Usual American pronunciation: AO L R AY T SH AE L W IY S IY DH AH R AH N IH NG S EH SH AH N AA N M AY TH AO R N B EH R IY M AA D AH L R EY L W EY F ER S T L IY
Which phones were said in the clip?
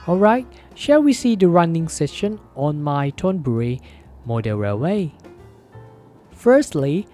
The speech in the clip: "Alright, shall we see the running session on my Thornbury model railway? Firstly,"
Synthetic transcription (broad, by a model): AO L R AY T SH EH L W IY S IY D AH R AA N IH NG S EH SH AH N AA N M AY T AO N B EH R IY M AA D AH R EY W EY F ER S T L IY